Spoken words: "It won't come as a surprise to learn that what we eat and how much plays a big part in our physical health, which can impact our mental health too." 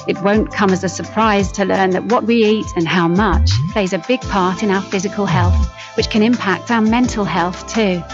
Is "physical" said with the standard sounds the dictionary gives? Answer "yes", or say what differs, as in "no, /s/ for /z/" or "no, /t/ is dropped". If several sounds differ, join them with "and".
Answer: yes